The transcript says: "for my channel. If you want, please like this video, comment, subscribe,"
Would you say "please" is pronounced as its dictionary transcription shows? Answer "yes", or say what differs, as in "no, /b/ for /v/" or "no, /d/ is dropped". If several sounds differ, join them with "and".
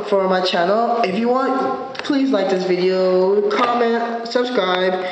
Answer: yes